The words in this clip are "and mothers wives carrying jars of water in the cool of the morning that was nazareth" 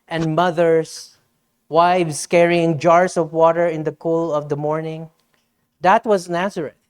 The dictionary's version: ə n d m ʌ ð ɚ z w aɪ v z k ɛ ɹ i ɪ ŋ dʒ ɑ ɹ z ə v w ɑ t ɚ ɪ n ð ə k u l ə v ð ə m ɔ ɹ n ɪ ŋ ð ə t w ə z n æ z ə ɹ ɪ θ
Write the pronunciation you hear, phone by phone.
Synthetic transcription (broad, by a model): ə n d m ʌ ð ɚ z w aɪ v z k ɛ ɹ i ɪ ŋ dʒ ɑ ɹ s ə v w ɑ t ɚ ɪ n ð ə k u l ə v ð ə m ɔ ɹ n ɪ ŋ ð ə t w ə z n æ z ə ɹ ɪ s